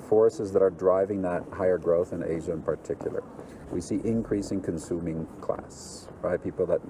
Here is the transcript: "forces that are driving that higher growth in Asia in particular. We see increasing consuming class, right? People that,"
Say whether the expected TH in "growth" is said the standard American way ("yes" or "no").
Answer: yes